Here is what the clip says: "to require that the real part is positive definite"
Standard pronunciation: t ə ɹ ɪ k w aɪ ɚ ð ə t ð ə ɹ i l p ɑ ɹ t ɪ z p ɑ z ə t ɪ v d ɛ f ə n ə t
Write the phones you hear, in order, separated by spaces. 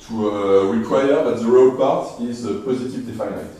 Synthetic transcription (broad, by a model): t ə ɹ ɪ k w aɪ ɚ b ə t ð ə ɹ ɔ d p ɑ ɹ t ɪ z p ɑ z ə t ɪ v d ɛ f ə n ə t